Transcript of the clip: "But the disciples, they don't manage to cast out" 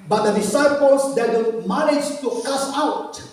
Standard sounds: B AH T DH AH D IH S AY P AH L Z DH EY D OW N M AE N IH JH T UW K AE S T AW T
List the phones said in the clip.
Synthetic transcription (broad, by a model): B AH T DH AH D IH S AY P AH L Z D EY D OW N M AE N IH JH T UW K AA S AW T